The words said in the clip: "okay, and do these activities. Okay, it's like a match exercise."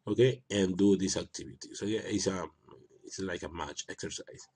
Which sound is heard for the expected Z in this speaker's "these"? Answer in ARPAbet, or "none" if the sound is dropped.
S